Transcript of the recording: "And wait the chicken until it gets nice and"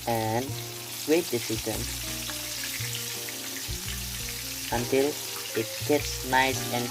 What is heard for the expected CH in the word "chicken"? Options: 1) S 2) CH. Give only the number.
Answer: 1